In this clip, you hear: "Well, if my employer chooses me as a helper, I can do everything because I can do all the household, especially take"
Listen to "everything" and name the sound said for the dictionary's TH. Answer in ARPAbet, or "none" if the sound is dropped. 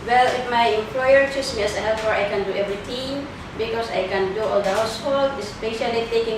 T